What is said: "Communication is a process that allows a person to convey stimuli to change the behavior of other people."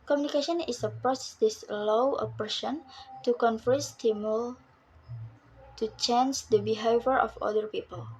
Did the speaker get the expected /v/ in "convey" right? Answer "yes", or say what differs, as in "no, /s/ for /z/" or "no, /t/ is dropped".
no, /f/ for /v/